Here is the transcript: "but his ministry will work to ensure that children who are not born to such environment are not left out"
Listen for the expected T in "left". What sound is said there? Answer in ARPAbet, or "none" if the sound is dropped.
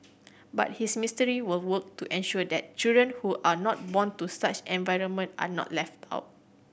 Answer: T